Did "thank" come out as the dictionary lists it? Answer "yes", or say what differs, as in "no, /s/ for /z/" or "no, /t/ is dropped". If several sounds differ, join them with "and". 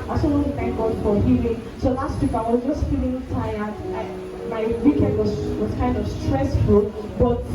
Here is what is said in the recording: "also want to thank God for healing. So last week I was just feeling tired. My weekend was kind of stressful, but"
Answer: no, /t/ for /θ/